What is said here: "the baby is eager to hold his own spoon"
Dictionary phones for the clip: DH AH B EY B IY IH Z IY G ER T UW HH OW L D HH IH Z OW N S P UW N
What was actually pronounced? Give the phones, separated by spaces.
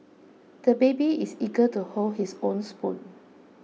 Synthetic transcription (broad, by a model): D AH B EY B IY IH S IY G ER T UW HH OW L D HH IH S OW N S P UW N